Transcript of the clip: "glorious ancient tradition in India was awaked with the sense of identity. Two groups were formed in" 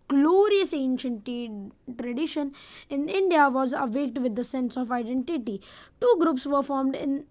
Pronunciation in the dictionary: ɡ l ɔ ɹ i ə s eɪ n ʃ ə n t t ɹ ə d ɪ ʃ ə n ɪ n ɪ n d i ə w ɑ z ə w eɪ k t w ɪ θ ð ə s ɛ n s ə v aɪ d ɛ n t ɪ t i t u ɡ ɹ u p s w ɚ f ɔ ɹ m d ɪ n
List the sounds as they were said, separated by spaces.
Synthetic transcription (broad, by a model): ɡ l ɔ ɹ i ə s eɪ n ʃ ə n t t ɹ ə d ɪ ʃ ə n ɪ n ɪ n d i ə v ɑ z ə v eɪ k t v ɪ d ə s ɛ n s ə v aɪ d ɛ n t ɪ t i t u ɡ ɹ u p s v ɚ f ɔ ɹ m d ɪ n